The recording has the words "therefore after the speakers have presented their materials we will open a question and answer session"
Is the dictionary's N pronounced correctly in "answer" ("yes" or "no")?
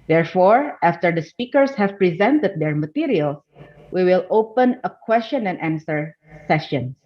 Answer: yes